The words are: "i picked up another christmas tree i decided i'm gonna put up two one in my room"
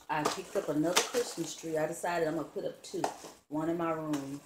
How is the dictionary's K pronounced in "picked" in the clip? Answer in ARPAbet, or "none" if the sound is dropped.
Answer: K